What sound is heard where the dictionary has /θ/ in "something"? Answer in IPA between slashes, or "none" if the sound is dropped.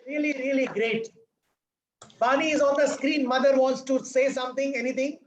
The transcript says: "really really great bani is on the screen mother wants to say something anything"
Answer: /t/